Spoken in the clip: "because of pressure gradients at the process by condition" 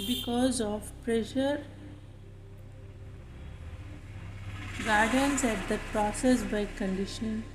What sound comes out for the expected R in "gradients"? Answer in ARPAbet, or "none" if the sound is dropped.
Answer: none